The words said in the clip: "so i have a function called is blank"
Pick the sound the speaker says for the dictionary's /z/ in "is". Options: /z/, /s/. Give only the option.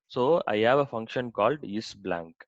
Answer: /s/